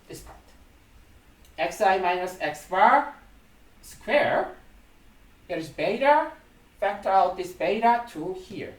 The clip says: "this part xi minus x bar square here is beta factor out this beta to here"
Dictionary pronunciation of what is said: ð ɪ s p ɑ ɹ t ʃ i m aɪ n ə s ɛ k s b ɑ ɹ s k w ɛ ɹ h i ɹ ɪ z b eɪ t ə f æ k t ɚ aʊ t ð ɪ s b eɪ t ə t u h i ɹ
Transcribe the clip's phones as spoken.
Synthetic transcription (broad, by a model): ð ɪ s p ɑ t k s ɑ m aɪ n ə s ɛ k s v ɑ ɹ s k w ɛ ɹ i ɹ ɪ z b eɪ t ə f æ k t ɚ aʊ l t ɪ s b eɪ t ə t u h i ɹ